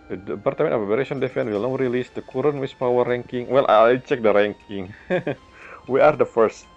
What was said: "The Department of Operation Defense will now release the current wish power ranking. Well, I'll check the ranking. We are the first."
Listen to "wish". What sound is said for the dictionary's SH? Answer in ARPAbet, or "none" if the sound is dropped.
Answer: S